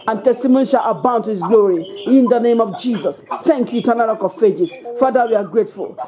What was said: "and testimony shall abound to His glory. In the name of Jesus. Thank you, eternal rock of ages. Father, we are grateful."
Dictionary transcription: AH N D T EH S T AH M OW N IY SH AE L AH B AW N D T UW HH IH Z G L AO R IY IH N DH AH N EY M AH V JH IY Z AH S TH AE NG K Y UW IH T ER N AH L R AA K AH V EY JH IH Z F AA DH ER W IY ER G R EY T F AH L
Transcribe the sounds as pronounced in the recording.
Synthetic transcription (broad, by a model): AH N T EH S T AH M OW N IY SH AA L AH B AW N T UW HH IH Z G L AO R IY IH N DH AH N EY M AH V JH IY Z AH S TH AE NG K Y UW T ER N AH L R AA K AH F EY JH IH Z F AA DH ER W IY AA G R EY T F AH L